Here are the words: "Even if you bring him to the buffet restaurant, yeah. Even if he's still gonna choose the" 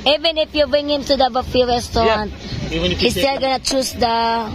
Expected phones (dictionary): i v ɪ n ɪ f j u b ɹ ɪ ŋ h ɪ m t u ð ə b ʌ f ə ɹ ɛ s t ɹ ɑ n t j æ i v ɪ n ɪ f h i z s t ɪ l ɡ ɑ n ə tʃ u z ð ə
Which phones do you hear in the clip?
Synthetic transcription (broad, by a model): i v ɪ n ɪ f j u b ɹ ɪ ŋ h ɪ m t u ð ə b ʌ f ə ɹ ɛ s t ɑ t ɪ n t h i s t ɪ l ɡ ɑ n ə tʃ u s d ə